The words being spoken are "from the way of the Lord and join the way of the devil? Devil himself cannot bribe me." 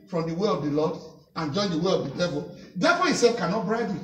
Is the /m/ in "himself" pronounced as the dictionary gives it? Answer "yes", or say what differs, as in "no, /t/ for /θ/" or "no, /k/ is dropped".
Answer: no, /m/ is dropped